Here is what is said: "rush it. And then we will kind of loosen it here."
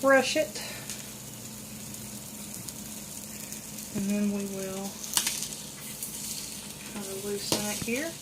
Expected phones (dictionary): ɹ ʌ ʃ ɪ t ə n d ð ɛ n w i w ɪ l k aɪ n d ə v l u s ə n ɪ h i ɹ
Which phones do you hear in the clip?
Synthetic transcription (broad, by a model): ɹ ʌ ʃ ɪ t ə n ð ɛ n w i w ɪ l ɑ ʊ d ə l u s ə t h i ɹ